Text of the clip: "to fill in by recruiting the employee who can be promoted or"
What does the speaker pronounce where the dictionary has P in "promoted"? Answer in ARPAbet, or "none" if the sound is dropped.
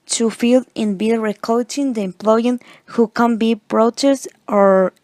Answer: B